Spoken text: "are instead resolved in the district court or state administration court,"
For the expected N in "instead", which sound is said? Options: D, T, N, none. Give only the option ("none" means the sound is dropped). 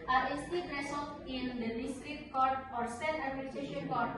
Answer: none